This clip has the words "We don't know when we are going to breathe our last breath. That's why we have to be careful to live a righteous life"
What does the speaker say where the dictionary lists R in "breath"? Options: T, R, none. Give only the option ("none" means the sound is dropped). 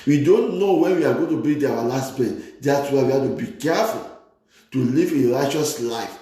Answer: none